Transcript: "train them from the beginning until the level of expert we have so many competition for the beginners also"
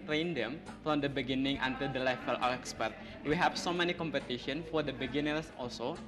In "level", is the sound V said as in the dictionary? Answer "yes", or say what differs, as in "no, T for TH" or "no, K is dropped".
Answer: no, F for V